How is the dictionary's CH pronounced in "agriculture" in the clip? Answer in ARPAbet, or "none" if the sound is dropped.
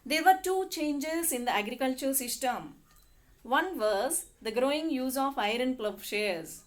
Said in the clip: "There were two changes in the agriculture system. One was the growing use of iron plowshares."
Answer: CH